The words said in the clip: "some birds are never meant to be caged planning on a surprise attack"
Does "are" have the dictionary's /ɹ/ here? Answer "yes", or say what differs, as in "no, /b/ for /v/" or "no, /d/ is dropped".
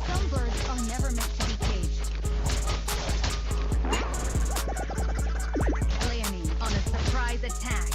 no, /l/ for /ɹ/